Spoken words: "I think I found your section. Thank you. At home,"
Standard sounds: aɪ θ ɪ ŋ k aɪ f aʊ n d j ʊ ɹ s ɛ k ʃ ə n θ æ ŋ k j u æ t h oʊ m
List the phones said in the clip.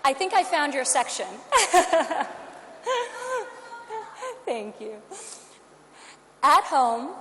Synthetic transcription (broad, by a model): aɪ θ ɪ ŋ k aɪ f aʊ n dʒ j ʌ ɹ s ɛ k ʃ ə n θ æ ŋ k j u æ t h oʊ m